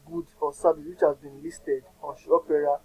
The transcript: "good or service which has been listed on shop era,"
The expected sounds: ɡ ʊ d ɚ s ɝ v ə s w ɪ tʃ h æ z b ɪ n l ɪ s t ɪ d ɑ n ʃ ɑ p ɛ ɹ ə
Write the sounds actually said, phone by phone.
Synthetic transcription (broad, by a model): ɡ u d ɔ s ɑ b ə w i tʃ h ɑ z b ɪ n l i s t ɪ d ɑ n ʃ ɑ p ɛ ɹ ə